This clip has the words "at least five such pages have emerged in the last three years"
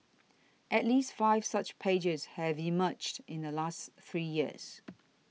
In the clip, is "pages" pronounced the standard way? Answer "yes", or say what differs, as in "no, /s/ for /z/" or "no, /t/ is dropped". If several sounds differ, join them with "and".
yes